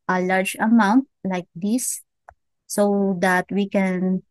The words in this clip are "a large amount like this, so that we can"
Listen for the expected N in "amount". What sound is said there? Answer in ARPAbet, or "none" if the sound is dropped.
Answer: N